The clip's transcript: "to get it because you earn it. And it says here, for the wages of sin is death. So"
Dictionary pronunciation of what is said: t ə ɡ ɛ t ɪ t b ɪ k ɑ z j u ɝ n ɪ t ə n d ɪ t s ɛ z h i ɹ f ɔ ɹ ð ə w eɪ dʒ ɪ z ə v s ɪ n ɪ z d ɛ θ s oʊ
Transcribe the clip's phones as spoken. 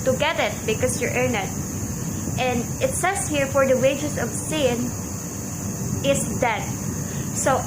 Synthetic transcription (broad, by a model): t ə ɡ ɛ t ɪ t b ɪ k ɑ s j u ɝ n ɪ t ə n d ɪ t s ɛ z h i ɹ f ɔ ɹ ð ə w eɪ dʒ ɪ s ə v s ɪ n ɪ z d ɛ t s oʊ